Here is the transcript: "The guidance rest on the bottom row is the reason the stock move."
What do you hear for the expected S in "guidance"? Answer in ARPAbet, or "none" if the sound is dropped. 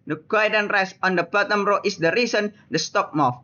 none